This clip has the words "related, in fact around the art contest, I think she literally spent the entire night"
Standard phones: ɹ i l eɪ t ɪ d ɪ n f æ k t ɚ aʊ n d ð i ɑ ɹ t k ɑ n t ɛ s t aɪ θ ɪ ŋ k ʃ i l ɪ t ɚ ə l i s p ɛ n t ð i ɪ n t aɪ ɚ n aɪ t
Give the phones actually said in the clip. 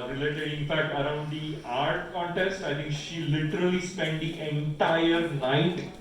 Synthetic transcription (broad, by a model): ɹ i l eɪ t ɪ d ɪ n f æ k t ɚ aʊ n d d i ɑ ɹ t k ɑ n t ɛ s t aɪ t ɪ ŋ k ʃ i l ɪ t ɚ ə l i s p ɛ n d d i ɪ n t aɪ ɚ n aɪ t